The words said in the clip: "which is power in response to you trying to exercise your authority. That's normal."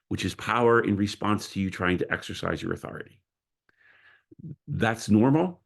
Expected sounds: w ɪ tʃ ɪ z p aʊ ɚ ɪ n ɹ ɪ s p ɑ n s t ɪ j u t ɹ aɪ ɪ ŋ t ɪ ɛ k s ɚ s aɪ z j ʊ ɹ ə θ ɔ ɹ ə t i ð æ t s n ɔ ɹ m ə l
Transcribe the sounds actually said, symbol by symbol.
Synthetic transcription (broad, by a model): w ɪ tʃ ɪ z p aʊ ɚ ɪ n ɹ ɪ s p ɑ n s t ɪ j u t ɹ aɪ ɪ ŋ t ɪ ɛ k s ɚ s aɪ z j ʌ ɹ ə θ ɔ ɹ ə t i ð æ t s n ɔ ɹ m l